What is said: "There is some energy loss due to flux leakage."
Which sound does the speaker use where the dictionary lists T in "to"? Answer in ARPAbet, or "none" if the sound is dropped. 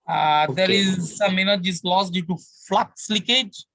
T